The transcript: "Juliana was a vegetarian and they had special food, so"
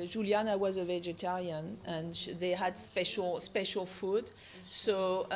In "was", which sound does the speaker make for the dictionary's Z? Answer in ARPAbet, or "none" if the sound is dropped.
Z